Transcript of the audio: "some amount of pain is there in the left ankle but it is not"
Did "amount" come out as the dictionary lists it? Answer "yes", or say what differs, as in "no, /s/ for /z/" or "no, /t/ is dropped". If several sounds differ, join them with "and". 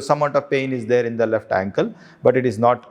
no, /m/ is dropped